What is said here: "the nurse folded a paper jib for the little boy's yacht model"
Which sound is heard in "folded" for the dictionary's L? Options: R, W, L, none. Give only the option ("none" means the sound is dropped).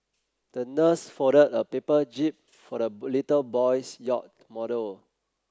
none